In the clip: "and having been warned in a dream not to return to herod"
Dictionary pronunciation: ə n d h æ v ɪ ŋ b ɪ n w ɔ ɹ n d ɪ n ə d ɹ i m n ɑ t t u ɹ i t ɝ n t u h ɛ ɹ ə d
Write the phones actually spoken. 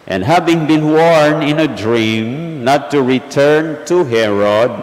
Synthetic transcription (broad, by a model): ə n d h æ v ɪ ŋ b ɪ n w ɔ ɹ n ɪ n ə d ɹ i m n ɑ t t u ɹ i t ɝ n t u h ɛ ɹ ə d